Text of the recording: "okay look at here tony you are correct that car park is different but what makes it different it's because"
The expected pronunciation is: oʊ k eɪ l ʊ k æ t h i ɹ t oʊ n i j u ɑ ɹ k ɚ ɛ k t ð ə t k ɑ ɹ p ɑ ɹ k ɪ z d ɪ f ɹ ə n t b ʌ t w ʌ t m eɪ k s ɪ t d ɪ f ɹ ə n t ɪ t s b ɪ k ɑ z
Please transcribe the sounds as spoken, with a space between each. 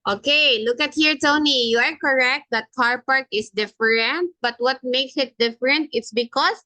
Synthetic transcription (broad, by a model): oʊ k eɪ l ʊ k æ t h i ɹ t oʊ n i j u ɑ ɹ k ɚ ɛ k t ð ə t k ɑ ɹ p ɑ ɹ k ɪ s d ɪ f ɹ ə n t b ʌ t w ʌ t m eɪ k s ɪ t d ɪ f ɹ ə n t ɪ t s b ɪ k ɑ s